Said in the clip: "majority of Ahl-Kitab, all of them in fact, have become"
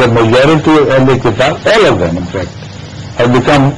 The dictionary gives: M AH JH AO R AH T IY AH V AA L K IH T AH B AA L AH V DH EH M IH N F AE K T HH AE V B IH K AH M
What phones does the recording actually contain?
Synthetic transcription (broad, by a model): M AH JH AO R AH T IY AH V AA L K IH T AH AA L AH V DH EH M IH N F AE K T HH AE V B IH K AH M